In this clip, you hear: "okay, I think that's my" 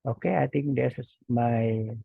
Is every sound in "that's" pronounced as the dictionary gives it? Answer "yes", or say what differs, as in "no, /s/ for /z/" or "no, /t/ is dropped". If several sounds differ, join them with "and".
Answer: no, /s/ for /t/